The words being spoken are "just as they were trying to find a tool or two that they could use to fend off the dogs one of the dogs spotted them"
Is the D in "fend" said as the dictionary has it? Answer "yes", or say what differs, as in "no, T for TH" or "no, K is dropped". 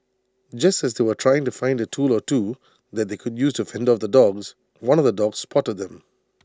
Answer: yes